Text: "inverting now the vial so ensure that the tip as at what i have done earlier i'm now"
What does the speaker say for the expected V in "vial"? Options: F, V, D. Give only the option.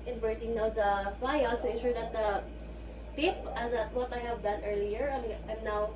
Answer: F